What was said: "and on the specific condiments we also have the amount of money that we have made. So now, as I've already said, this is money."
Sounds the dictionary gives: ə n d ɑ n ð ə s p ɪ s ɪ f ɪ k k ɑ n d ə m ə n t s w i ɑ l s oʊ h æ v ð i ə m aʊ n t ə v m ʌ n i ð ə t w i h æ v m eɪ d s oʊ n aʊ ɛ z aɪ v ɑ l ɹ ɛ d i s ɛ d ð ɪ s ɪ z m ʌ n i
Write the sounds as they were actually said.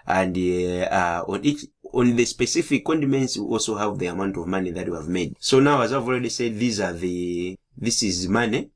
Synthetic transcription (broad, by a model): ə n d ɑ n ð ə s p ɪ s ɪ f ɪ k k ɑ n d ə m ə n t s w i ɑ l s oʊ h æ v ð i ə m aʊ n t ə v m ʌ n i ð ə t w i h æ v m eɪ d s oʊ n aʊ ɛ z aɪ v ɑ l ɹ ɛ d i s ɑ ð ð ɪ s ɪ z m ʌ n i